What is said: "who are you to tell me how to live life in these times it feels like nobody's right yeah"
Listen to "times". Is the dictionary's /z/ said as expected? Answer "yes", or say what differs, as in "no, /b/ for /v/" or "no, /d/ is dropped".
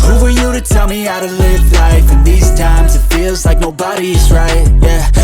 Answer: yes